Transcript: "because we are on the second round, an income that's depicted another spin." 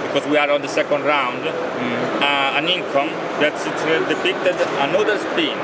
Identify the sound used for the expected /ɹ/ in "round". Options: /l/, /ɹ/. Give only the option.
/ɹ/